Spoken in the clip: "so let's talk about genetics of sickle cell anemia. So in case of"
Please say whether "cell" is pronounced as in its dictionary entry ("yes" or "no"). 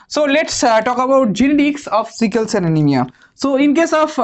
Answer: no